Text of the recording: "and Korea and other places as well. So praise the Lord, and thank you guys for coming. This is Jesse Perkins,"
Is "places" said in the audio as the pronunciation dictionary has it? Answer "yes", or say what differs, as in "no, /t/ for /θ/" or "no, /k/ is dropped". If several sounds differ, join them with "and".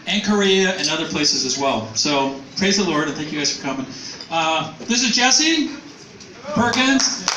yes